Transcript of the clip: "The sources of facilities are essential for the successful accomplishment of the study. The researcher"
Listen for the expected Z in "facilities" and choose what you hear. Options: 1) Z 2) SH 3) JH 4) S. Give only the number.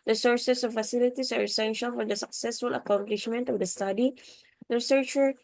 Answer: 4